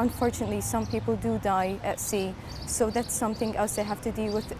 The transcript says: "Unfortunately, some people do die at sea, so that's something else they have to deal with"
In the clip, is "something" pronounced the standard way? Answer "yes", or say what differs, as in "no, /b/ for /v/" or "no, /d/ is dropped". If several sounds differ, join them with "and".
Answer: yes